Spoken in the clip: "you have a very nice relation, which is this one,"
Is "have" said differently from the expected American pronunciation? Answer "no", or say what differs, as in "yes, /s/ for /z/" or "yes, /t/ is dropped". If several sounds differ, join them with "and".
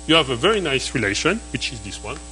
no